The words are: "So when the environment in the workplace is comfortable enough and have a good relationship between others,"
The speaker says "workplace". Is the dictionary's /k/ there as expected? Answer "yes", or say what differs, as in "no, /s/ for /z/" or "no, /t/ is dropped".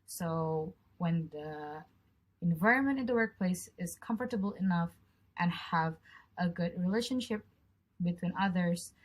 yes